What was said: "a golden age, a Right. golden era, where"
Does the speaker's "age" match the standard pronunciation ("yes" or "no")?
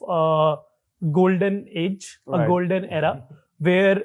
yes